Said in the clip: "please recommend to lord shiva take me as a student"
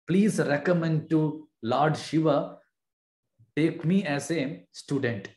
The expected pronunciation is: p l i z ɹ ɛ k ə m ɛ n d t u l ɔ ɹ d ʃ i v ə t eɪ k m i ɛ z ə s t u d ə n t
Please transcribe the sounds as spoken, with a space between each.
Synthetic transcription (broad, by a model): p l i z ɹ ɛ k ə m ɛ n d t u l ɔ ɹ d ʃ i v ə t eɪ k m i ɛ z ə s t u d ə n t